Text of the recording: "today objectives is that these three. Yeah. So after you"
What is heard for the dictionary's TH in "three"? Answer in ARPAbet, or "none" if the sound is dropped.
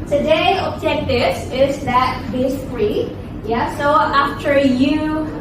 F